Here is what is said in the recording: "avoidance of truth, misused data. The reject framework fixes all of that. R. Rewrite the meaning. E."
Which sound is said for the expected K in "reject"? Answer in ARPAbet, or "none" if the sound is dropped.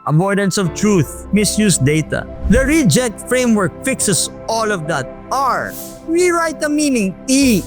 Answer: none